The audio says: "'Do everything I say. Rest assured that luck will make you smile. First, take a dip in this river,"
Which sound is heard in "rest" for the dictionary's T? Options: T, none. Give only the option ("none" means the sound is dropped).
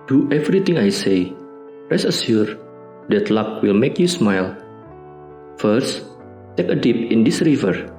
none